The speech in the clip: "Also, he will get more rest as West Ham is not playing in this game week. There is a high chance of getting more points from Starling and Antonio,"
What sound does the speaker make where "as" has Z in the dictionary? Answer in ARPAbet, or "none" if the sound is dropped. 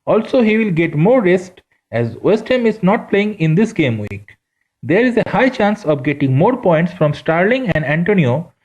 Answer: Z